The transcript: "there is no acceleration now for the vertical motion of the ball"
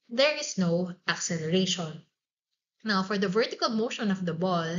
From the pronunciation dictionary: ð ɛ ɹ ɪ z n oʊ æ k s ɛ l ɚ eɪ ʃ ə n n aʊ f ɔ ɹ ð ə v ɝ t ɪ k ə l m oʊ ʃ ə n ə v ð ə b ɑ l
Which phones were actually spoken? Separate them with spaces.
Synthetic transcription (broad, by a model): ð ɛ ɹ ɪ s n oʊ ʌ k s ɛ l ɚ eɪ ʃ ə n n aʊ f ɔ ɹ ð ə v ɝ t ɪ k ə l m oʊ ʃ ə n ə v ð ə b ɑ l